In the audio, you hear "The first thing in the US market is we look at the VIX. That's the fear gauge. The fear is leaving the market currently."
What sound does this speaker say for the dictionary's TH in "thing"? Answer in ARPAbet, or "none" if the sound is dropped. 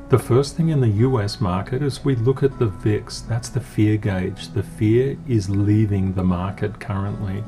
TH